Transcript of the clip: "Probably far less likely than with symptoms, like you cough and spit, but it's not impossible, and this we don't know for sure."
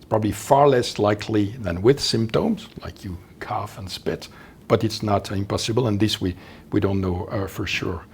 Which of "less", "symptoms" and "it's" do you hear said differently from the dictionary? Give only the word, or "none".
none